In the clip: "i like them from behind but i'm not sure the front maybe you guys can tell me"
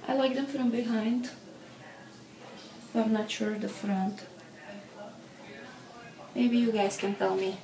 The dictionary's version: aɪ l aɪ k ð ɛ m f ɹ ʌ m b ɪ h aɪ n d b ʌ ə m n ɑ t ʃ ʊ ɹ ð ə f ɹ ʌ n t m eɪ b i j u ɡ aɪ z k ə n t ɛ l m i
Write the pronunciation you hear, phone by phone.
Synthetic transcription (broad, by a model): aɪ l aɪ k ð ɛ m f ɹ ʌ m b ɪ h aɪ n d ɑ ə m n ɑ t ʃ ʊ ɹ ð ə f ɹ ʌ n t m eɪ b i j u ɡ aɪ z k ə n t ɛ l m i